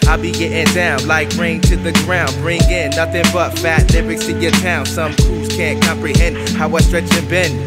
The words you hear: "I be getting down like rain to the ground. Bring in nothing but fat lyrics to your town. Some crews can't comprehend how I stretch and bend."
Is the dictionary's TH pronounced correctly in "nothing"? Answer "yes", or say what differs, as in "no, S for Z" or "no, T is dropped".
yes